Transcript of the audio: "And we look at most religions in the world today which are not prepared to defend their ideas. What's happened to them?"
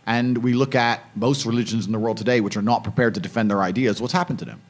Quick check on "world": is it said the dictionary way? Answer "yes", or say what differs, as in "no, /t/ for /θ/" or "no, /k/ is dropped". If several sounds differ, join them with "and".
yes